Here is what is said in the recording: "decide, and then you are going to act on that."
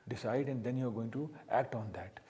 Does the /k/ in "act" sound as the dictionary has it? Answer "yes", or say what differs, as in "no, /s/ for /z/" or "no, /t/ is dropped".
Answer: yes